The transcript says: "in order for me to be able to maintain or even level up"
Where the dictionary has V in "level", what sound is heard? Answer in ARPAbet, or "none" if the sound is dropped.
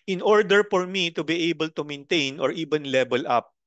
B